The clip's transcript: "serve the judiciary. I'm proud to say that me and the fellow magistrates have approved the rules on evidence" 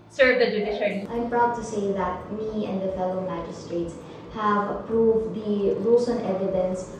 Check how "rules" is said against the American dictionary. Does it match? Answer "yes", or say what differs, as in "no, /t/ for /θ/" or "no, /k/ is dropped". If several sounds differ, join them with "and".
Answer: no, /l/ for /ɹ/